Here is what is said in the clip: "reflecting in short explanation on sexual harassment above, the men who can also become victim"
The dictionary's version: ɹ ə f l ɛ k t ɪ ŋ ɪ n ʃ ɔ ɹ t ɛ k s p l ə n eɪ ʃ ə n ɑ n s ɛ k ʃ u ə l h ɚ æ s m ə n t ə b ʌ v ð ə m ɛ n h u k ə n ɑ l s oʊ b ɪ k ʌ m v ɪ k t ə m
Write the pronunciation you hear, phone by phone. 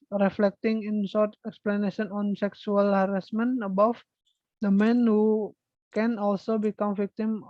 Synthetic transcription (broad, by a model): ɹ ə f l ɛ k t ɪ ŋ ɪ n s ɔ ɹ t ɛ k s p l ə n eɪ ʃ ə n ɑ n s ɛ k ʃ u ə l h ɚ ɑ s m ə n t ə b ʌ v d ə m ɛ n h u k ə n ɑ l s oʊ b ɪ k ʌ m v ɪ k t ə m